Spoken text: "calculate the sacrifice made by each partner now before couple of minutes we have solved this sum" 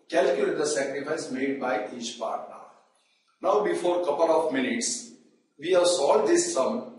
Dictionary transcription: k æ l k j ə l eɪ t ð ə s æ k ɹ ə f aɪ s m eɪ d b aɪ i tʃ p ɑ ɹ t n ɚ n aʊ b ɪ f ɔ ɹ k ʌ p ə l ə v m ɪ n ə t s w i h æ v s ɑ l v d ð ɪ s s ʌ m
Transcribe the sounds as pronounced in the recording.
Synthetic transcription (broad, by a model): k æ l k j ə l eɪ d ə s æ k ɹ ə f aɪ s m eɪ d b aɪ i tʃ p ɑ ɹ t n ɚ n aʊ b ɪ f ɔ ɹ k ʌ p ə l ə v m ɪ n ə t s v i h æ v s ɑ l d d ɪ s s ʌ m